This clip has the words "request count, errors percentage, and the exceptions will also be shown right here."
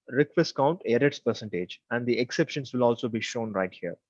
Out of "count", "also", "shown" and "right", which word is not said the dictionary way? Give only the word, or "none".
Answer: none